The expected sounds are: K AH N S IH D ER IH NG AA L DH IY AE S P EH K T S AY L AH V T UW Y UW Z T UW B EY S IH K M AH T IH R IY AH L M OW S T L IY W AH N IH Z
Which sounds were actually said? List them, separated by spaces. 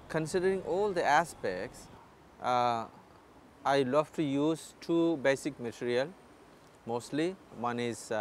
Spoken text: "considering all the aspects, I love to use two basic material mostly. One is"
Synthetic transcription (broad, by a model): K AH N S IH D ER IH NG AA L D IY AE S P EH K T S AY L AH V T UW Y UW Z T UW B EY S IH K M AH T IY R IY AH L M OW S T L IY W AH N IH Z